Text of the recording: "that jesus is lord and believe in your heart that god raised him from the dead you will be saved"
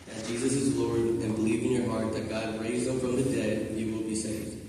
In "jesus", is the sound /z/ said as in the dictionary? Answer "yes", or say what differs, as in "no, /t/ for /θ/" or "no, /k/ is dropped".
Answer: yes